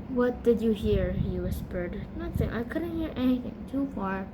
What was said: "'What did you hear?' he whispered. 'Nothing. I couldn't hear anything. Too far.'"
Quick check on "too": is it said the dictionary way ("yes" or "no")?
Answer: yes